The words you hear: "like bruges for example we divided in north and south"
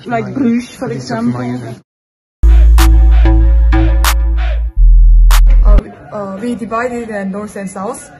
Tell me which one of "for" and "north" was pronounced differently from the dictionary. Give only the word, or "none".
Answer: north